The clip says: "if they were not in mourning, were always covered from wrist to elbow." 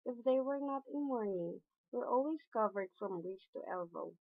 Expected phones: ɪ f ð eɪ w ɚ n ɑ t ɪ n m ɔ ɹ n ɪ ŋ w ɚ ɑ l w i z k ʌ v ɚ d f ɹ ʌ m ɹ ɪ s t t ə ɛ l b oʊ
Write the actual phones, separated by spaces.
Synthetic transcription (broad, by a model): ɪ f ð eɪ w ɚ n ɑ t ɪ n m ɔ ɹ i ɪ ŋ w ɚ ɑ l w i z k ʌ v ɚ d f ɹ ʌ m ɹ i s t t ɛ l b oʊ